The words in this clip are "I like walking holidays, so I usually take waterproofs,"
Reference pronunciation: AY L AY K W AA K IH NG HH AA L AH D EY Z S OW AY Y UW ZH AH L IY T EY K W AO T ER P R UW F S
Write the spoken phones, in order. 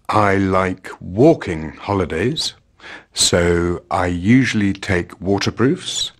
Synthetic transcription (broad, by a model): AY L AY K W AA K IH NG HH AA L AH D EY Z S OW AY Y UW ZH AH L IY T EY K W AO T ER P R UW F S